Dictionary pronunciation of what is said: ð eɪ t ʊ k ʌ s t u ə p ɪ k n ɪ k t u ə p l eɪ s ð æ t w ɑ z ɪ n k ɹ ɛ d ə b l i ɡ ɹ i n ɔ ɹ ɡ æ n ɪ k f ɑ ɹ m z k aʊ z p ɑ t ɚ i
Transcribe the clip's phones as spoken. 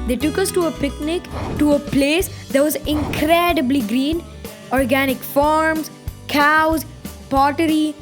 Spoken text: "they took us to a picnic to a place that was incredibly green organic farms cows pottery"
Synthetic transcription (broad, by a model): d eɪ t ʊ k ʌ s t u ə p ɪ k n ɪ k t u ə p l eɪ s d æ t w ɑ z ɪ n k ɹ ɛ d ə b l i ɡ ɹ i n ɔ ɹ ɡ æ n ɪ k f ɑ ɹ m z k aʊ z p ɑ t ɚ i